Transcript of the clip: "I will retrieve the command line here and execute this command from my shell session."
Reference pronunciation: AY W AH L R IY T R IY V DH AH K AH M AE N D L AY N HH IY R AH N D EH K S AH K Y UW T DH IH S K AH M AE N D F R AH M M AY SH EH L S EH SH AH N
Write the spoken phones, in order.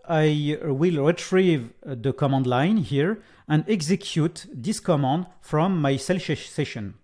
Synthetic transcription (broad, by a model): AY W AH L R IY T R IY V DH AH K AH M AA N D L AY N HH IY R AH N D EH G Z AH K Y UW T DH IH S K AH M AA N D F R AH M M AY S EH L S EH SH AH N